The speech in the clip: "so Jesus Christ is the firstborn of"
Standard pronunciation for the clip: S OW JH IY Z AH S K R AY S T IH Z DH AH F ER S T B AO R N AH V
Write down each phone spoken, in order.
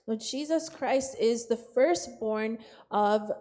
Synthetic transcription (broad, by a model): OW JH IY Z AH S K R AY S T IH Z DH AH F ER S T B AO R N AH V